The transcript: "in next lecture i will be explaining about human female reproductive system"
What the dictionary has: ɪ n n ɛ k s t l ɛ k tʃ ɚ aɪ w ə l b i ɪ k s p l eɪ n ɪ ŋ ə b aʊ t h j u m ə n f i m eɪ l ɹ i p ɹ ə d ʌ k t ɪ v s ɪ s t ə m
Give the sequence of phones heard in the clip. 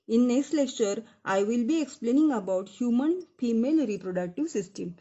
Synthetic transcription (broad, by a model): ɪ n n ɛ k s t l ɛ k tʃ ɚ aɪ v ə l b i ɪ k s p l eɪ n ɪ ŋ ə b aʊ t h j u m ə n f i m eɪ l ɹ i p ɹ ə d ʌ k t ɪ v s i s t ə m